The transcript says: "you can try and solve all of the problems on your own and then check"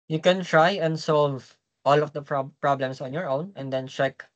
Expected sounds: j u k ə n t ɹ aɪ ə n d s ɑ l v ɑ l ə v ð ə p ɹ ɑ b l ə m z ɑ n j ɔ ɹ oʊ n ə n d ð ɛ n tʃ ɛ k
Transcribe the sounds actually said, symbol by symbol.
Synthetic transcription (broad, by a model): j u k ə n t ɹ aɪ ə n d s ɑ l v ɑ l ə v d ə p ɹ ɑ b l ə m s ɑ n j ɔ ɹ oʊ n ə n d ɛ n tʃ ɛ k